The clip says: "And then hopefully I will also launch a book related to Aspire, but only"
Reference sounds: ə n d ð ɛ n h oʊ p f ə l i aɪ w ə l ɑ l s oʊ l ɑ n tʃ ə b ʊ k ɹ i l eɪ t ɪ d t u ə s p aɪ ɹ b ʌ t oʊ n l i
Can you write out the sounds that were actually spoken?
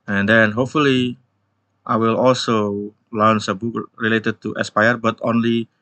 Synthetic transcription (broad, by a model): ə n d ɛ n h oʊ p f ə l i aɪ w ə l ɑ l s oʊ l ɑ n s ə b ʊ k ɹ i l eɪ t ɪ d t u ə s p aɪ ɹ b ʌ t oʊ n l i